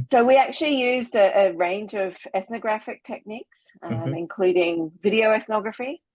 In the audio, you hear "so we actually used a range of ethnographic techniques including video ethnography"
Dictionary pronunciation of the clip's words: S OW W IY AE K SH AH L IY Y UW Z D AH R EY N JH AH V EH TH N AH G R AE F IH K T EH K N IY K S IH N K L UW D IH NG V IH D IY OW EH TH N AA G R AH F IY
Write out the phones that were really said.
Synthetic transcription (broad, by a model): S OW W IY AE K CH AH L IY Y UW Z D AH R EY N JH AH V EH TH N AH G R AE F IH K T EH K N IY K S IH N K L UW D IH NG V IH D IY OW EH TH N AA G R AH F IY